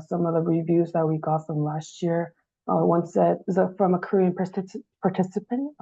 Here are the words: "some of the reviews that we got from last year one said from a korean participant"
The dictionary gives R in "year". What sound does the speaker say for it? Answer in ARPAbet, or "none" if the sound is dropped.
R